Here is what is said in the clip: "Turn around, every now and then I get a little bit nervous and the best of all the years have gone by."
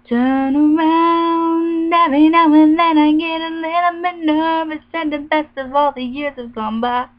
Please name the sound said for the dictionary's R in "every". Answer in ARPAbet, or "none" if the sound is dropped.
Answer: none